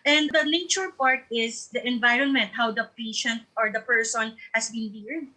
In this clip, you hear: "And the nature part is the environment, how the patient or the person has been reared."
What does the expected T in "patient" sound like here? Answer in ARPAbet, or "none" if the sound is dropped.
T